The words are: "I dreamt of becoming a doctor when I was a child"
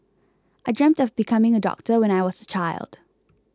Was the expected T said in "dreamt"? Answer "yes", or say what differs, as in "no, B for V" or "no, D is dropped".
yes